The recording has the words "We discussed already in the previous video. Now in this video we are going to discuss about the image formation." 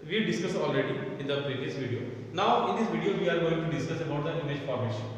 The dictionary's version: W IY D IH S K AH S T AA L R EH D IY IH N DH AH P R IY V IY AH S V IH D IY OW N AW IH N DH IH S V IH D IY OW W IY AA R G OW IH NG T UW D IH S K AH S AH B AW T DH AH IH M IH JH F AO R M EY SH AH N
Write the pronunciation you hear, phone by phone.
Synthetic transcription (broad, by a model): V IY D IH S K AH S AA L R EH D IY IH N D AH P R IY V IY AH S V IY D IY OW N AW IH N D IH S V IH D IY OW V IY AA R G OW IH NG T UW D IH S K AH S AH B AW T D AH IH M IH JH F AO R M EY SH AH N